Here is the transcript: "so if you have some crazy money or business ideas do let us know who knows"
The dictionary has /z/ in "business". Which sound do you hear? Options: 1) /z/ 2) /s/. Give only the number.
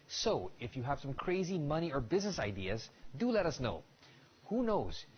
1